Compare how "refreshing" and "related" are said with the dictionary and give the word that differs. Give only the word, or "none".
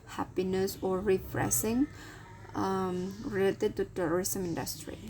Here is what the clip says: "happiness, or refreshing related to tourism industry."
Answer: refreshing